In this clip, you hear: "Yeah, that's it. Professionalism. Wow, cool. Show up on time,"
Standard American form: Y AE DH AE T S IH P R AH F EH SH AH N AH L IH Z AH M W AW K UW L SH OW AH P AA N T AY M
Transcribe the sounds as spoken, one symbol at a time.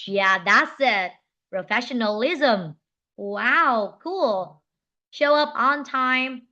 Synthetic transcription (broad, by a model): Y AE DH AE T S IH P R AH F EH SH AH N AH L IH Z AH M W AW K UW L SH OW AH P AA N T AY M